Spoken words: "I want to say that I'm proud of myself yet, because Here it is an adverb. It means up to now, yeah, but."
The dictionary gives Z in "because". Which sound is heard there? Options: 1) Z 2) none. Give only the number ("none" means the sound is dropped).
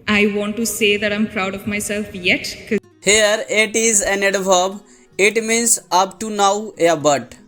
2